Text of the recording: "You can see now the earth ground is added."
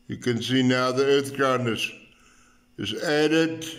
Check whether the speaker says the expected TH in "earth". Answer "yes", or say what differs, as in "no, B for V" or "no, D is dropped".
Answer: yes